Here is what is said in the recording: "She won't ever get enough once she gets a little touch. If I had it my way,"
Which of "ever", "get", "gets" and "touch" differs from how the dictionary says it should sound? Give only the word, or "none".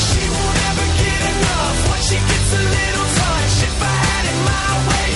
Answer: touch